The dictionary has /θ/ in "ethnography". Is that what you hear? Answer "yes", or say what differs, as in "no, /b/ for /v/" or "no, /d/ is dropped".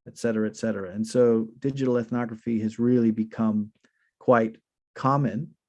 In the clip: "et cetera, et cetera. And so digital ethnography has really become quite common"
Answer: yes